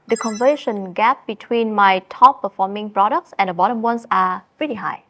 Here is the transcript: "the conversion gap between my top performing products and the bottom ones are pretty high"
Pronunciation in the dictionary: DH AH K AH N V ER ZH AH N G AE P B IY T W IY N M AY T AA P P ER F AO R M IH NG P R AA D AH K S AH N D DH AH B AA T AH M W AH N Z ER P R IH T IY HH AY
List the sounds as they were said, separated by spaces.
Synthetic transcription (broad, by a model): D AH K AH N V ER SH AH N G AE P B IY T W IY N M AY T AA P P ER F AO M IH NG P R AA D AH K S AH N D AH B AA T AH M W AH N S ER P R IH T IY HH AY